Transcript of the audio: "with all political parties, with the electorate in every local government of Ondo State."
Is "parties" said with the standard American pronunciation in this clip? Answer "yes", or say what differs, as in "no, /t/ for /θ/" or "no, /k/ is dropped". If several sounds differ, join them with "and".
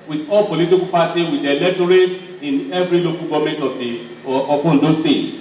no, /z/ is dropped